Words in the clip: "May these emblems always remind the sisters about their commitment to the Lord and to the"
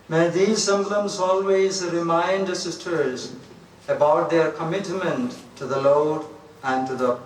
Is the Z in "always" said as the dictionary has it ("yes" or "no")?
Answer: yes